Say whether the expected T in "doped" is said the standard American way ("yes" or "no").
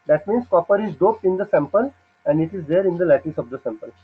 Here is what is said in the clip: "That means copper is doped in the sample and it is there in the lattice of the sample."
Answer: yes